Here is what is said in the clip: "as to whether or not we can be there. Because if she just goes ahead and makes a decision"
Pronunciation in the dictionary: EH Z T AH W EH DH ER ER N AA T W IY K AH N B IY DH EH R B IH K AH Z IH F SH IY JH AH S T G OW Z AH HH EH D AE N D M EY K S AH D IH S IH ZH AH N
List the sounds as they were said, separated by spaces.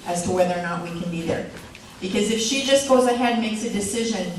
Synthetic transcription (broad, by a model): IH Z T AH W EH DH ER ER N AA T W IY K AH N B IY DH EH R B IH K AH Z IH F SH IY JH AH S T G OW Z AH HH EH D D M EY K S AH D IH S IH ZH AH N